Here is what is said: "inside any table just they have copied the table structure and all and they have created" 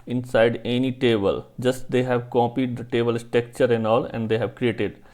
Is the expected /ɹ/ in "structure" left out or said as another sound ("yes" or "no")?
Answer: yes